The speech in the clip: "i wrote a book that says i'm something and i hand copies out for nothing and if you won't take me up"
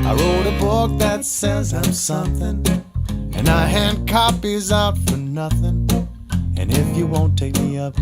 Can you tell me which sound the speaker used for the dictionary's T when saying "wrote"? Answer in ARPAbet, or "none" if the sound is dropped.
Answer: T